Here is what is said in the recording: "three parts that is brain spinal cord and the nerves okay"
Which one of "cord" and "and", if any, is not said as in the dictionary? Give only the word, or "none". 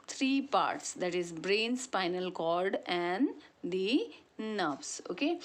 cord